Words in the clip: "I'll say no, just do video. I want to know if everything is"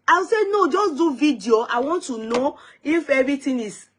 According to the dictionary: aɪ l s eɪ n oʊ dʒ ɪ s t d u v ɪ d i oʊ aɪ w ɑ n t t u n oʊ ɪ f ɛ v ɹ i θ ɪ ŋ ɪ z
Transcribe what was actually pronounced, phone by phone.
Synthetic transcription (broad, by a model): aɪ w s eɪ n oʊ dʒ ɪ s d u v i d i oʊ aɪ w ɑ n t t u n oʊ ɪ f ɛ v ɹ i t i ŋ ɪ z